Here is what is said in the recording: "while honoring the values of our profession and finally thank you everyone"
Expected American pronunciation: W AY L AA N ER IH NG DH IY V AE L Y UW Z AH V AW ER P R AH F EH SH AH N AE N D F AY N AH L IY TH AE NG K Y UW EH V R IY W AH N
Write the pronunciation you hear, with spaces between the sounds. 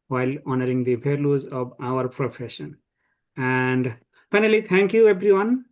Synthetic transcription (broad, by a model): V AY L AA N ER IH NG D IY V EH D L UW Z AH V AW ER P R AH F EH SH AH N AE N D F AY N AH L IY T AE NG K Y UW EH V R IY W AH N